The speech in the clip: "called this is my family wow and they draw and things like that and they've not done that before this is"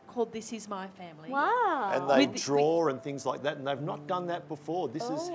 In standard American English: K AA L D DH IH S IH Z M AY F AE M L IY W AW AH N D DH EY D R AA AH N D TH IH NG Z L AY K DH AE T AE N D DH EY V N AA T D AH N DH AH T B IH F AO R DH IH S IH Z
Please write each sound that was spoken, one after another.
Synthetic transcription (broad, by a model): K AA L D DH IH S IH Z M AY F AE M L IY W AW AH N DH EY D R AA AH N TH IH NG Z L AY K DH AE T N DH EY V N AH T D AH N DH AH T B IH F AO R DH IH S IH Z